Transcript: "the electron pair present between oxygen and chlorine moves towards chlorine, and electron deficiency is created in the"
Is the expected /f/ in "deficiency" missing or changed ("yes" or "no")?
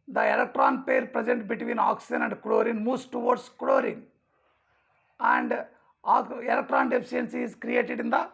yes